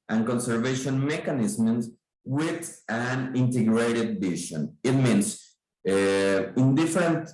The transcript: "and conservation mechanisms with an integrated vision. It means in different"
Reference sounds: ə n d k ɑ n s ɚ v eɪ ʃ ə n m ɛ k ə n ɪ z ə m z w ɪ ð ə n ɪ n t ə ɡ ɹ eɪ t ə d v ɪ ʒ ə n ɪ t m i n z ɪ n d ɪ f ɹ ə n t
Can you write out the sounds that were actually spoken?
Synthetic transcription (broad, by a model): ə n k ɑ n s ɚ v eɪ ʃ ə n m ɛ k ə n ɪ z m s w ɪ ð ə n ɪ n t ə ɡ ɹ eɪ t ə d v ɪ ʃ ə n ɪ t m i n s ɪ n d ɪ f ɹ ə n t